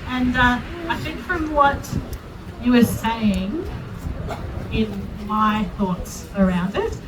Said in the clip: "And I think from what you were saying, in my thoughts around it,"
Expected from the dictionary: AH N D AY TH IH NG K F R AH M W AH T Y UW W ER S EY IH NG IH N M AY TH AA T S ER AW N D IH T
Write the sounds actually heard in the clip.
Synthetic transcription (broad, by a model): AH N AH AY TH IH NG K F R AH M W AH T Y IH W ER S EY IH NG IH N M AY TH AA T S ER AW N D IH T